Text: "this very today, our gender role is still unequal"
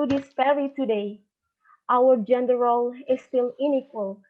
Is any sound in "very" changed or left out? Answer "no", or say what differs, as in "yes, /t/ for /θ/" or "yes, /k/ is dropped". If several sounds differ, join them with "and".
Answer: yes, /f/ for /v/